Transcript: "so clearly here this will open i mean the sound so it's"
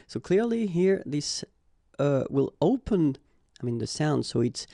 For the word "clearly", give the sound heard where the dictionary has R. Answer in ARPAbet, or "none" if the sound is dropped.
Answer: R